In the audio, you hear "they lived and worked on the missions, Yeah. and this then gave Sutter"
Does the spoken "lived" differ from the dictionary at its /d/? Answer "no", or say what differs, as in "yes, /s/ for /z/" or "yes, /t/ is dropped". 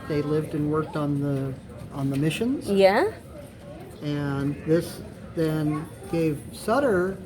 no